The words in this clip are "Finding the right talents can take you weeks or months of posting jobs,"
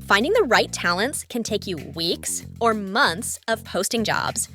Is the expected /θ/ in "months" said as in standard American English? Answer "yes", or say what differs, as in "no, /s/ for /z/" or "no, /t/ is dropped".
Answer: yes